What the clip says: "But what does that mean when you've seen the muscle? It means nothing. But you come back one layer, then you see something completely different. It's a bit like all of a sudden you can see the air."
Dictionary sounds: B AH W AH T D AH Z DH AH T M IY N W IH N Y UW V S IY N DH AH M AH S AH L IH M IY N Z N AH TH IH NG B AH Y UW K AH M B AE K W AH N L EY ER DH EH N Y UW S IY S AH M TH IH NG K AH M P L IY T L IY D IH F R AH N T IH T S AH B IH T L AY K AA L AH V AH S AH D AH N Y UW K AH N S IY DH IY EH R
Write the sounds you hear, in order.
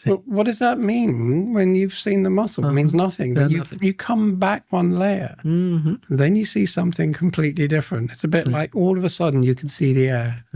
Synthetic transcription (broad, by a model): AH W AH T D AH Z DH AH T M IY N W IH N Y UW V S IY N DH AH M AH S L M IY N Z N AH TH IH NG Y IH Y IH K AH M B AE K W AH N L EY ER DH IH N Y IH S IY S AH M TH IH NG K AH M P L IY T L IY D IH F R AH N T IH T S AH B IH T L AY K AA L AH V AH S AH D N Y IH K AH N S IY DH IY EH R